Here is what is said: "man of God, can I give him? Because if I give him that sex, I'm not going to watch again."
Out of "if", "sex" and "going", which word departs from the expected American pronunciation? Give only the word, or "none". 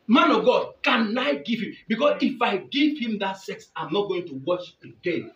none